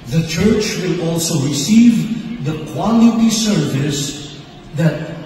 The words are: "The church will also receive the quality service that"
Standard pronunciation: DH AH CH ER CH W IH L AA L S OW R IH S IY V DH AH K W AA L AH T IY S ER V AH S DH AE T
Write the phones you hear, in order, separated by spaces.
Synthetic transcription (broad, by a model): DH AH CH ER CH W IH L AA L S OW R IH S IY V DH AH K W AA L AH T IY S ER V AH S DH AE T